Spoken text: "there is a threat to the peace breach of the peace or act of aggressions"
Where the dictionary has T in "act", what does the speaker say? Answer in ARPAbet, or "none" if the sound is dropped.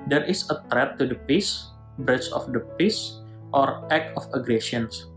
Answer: none